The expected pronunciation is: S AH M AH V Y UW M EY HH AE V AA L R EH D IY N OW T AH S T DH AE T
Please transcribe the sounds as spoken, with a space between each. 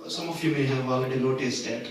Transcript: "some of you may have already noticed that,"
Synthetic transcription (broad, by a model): S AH M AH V Y UW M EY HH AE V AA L EH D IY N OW T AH S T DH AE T